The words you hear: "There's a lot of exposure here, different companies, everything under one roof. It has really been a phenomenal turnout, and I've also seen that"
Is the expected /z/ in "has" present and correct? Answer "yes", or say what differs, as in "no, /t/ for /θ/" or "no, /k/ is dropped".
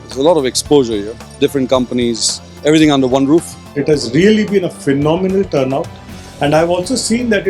yes